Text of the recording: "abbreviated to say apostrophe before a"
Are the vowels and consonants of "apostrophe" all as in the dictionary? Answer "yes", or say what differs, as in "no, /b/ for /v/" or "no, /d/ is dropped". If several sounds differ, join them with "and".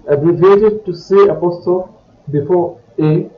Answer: no, /ɹ/ is dropped